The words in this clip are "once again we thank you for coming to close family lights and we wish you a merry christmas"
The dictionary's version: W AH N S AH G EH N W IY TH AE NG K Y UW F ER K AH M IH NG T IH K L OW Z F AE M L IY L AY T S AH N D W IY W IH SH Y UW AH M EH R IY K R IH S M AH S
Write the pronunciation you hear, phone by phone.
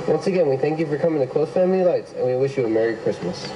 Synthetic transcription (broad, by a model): W AH N S AH G EH N W IY TH AE NG K Y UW F ER K AH M IH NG T IH K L OW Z F AE M L IY L AY T S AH N W IY W IH SH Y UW AH M EH R IY K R IH S M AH S